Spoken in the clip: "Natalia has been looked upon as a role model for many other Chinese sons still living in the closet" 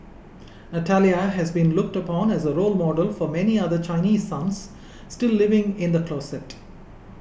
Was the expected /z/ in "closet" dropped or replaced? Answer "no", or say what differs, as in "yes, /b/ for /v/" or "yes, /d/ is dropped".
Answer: yes, /s/ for /z/